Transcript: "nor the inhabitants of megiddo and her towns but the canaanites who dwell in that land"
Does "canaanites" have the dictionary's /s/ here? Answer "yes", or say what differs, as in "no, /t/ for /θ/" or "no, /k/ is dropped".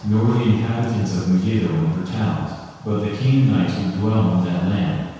no, /s/ is dropped